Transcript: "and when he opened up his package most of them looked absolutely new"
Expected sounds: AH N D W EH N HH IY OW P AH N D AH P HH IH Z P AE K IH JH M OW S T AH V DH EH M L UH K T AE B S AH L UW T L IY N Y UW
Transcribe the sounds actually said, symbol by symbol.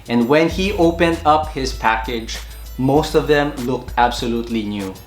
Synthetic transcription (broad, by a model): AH N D W EH N HH IY OW P AH N D AH P HH IH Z P AE K IH JH M OW S T AH V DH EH M L UH K T AE B S AH L UW T L IY N Y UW